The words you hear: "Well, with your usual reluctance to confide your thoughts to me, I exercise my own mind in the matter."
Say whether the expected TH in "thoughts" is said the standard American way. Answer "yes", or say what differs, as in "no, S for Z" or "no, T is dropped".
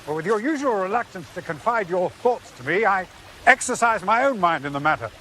yes